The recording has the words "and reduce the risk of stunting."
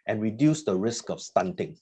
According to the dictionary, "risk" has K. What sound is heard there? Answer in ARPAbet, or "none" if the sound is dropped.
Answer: K